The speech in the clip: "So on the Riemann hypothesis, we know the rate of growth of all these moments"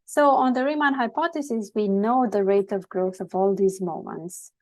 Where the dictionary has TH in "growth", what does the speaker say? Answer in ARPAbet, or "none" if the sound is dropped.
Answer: TH